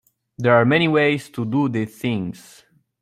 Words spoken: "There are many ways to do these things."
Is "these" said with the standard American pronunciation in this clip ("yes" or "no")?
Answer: no